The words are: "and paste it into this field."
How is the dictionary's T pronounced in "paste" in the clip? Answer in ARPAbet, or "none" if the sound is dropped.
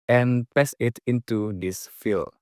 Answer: none